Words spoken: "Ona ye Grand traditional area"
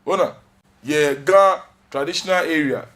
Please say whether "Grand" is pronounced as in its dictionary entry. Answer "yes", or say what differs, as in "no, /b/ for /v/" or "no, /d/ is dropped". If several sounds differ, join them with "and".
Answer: no, /ɹ/ is dropped